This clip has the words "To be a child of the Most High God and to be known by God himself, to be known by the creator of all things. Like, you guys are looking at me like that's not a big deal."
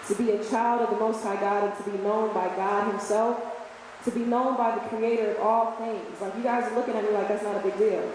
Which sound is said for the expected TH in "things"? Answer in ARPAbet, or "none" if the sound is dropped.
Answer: TH